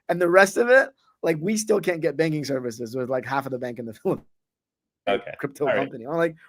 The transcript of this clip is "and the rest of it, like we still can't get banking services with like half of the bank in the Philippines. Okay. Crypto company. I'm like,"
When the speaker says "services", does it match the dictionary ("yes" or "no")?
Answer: yes